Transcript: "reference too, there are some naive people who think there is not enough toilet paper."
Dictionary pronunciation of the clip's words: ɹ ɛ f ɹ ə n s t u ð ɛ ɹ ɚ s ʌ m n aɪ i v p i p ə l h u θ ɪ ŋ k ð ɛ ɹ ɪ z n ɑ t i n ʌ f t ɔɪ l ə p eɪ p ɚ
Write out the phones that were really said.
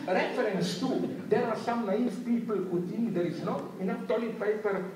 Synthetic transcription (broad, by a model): ɹ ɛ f ɹ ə n s t u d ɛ ɹ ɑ s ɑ m n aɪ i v p i p ə l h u t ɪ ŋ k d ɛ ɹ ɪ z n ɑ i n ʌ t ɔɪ l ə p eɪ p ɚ